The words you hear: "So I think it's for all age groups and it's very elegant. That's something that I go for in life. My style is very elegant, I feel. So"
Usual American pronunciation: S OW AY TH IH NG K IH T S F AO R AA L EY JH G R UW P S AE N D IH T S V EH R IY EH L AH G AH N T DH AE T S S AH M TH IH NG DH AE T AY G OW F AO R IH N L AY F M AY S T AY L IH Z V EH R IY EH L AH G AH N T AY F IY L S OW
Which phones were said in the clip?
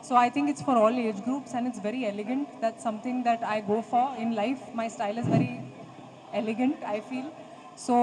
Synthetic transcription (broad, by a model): S OW AY T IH NG K IH T S F AO R AA L EY JH G R UW P S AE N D IH T S V EH R IY EH L AH G AH N T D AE T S S AH M T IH NG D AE T AY G OW F AO R IH N L AY F M AY S T AY L IH Z V EH R IY EH L AH G AH N T AY F IY L S OW